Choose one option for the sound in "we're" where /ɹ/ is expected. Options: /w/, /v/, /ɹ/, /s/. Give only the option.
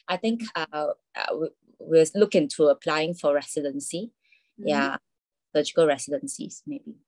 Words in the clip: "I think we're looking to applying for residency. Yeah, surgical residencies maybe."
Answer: /w/